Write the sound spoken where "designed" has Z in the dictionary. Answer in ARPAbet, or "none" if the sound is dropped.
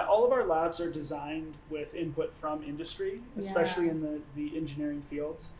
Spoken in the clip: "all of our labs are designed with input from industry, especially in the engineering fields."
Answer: Z